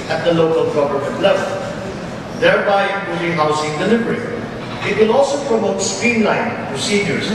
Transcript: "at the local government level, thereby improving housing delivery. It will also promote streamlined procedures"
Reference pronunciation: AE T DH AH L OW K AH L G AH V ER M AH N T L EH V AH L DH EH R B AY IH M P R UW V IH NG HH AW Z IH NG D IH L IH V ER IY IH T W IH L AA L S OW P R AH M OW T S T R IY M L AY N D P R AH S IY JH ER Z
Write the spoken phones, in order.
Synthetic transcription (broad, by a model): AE T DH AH L OW K AH L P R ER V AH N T L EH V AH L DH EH R B AY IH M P UW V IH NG HH AW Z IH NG D IH L IH V ER IY IH T W IH L AA L S OW P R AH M OW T S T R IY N L AY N P R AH S IY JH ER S